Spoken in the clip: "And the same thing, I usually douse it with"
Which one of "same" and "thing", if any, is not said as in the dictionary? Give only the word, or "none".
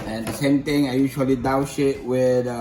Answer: thing